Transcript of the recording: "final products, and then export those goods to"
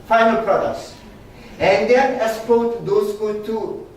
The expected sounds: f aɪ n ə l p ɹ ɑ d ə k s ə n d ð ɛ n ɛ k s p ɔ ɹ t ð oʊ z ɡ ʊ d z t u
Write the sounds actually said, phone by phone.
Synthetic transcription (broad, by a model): f aɪ n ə l p ɹ ɑ d ə k s ə n d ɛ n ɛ s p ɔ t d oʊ s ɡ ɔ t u